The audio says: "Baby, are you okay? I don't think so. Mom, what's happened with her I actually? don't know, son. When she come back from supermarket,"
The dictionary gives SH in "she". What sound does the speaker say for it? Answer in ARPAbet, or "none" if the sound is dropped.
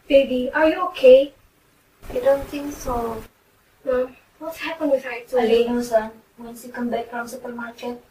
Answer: S